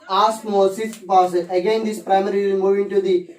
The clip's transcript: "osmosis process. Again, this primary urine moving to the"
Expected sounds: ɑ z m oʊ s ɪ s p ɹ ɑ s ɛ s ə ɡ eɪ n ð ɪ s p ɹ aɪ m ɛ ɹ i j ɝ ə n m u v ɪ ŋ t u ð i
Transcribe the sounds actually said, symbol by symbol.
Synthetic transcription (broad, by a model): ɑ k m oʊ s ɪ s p ɑ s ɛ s ə ɡ eɪ n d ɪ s p ɹ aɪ m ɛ ɹ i m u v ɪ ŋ t u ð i